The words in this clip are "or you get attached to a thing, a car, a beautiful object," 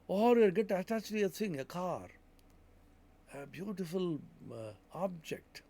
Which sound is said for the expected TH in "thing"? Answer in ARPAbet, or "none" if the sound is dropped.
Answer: S